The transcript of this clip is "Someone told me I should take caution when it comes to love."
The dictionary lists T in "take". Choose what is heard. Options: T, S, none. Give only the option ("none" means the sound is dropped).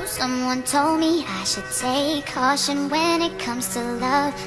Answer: S